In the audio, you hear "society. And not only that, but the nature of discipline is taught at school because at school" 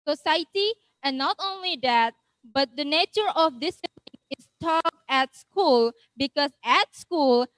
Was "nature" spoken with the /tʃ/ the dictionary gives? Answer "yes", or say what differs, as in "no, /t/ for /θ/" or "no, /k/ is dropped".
yes